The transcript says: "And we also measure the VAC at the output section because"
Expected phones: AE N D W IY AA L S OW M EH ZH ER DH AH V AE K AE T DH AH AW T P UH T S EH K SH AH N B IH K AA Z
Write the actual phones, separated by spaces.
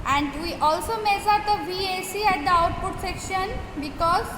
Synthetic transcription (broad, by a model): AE N D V IY AA L S OW M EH S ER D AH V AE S AE T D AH AW T P UH T S EH K SH AH N B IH K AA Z